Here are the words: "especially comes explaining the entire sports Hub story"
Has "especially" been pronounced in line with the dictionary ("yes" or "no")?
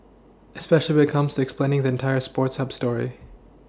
no